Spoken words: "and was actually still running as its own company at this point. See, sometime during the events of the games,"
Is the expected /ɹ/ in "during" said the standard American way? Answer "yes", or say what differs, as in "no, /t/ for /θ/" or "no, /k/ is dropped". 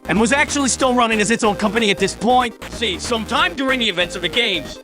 yes